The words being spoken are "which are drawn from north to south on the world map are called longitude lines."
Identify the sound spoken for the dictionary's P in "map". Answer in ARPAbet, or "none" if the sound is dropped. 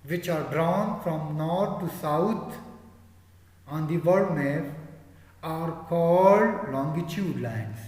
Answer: F